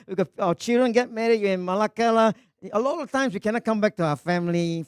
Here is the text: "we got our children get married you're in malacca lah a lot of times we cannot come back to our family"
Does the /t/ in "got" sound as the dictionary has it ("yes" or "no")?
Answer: no